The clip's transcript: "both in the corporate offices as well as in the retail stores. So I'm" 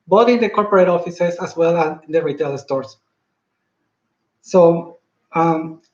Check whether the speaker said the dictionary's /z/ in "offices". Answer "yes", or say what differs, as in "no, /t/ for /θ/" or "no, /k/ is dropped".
no, /s/ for /z/